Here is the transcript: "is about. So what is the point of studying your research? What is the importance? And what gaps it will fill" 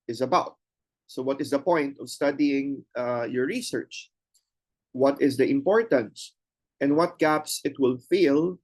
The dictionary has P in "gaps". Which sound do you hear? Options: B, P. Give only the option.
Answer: P